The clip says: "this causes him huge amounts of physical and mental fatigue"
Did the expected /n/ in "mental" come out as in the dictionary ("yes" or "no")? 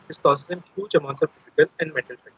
no